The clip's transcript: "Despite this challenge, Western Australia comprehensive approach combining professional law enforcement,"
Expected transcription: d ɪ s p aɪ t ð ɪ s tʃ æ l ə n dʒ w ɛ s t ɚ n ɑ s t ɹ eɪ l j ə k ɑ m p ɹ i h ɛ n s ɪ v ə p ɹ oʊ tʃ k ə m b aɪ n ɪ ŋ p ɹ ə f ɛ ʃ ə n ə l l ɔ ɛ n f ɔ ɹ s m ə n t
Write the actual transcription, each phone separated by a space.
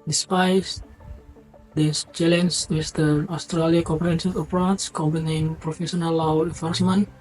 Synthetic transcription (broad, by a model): d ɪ s p aɪ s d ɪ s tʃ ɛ l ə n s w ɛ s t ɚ ɑ s t ɹ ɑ l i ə k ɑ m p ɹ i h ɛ n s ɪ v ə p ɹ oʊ s k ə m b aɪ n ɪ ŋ p ɹ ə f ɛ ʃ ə n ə l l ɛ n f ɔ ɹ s m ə n